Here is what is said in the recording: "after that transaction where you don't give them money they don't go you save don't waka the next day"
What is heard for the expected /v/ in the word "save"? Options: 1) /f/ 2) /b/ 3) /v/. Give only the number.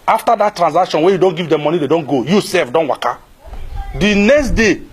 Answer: 1